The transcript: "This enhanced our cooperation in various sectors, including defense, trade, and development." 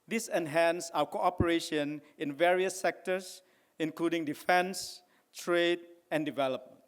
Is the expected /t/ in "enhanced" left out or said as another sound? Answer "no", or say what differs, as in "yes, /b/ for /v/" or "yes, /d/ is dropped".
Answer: yes, /t/ is dropped